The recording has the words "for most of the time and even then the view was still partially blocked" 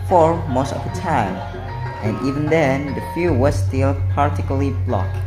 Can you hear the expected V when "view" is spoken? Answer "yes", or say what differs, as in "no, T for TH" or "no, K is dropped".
no, F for V